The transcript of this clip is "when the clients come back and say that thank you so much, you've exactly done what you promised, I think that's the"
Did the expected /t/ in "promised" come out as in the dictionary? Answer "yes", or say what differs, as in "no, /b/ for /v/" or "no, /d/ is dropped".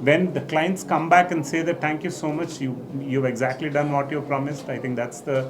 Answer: yes